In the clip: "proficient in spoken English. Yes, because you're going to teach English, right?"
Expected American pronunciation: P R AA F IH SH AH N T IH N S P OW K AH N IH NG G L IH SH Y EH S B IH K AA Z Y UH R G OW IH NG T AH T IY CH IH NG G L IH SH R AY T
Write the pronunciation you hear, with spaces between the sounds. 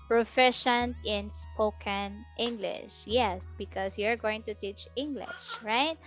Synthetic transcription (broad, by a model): P R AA F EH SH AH N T IH N S P OW K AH N IH NG G L IH SH Y EH S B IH K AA S Y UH R G OW IH NG T AH T IY CH IH NG G L IH SH R AY T